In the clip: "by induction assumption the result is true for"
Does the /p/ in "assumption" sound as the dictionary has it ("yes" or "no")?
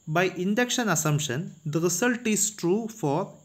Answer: no